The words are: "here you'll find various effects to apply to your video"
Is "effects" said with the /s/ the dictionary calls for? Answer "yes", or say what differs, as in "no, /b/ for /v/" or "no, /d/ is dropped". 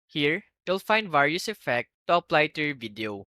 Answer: no, /s/ is dropped